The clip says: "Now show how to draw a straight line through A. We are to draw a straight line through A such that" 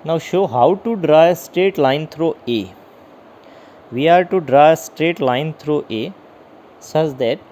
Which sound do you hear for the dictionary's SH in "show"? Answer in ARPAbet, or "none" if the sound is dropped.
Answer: SH